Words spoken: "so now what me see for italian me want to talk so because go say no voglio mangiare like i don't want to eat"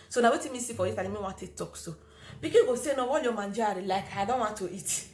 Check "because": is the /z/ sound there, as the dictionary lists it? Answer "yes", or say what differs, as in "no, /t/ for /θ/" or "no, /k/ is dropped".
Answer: no, /z/ is dropped